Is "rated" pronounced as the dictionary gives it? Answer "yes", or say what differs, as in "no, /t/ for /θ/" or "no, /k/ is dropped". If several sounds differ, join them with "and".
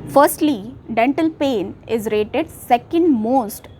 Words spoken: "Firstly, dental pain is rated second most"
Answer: yes